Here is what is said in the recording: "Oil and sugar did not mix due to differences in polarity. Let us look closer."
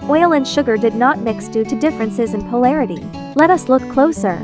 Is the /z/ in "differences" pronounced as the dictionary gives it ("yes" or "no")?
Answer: yes